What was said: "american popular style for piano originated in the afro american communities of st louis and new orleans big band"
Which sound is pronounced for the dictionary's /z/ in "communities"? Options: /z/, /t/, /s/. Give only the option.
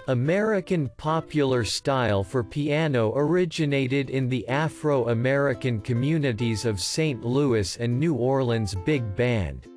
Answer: /z/